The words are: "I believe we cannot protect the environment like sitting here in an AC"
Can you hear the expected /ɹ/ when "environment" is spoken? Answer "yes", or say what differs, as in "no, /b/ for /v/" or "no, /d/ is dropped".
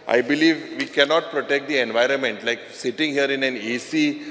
yes